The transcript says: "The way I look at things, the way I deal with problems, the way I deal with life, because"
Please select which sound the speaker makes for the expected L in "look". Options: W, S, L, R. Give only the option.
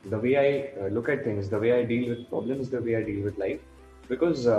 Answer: L